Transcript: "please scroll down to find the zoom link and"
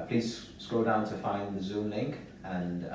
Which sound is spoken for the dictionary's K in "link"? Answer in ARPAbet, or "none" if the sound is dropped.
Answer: K